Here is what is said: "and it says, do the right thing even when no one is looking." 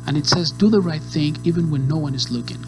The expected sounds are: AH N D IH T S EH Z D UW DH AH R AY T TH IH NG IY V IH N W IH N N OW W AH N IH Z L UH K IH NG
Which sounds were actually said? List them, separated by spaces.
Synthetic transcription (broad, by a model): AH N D IH T S EH Z D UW DH AH R AY T TH IH NG IY V IH N W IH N N OW W AH N IH Z L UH K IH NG